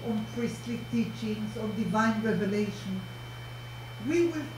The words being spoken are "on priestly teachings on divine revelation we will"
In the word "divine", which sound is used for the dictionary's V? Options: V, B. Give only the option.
V